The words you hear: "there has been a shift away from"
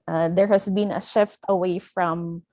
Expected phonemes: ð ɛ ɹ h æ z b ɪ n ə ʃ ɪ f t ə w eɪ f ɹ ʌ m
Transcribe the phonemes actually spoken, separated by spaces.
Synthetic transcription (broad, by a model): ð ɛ ɹ h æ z b ɪ n ə ʃ ɪ f t ə w eɪ f ɹ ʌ m